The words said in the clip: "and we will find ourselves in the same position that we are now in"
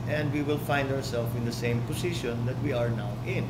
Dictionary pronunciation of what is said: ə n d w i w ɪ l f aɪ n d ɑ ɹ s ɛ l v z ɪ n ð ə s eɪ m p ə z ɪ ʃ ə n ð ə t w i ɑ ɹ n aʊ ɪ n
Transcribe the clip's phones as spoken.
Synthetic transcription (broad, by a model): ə n d w i w ɪ l f aɪ n d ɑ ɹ s ɛ l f ɪ n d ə s eɪ m p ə s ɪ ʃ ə n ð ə t w i ɑ ɹ n aʊ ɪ n